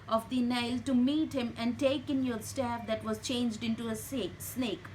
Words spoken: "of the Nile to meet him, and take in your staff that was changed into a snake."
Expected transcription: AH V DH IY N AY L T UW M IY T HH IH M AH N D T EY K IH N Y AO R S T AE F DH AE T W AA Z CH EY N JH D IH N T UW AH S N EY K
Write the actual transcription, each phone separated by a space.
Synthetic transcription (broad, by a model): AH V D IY N AY L T UW M IY T HH IH M AH N D T EY K IH N Y AO R S T AE F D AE T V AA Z CH EY N JH D IH N T UW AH S N EY K